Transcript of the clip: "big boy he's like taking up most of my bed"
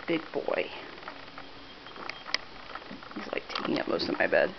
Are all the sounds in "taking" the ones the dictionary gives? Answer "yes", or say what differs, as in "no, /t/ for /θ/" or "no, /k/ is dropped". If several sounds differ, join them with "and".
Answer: yes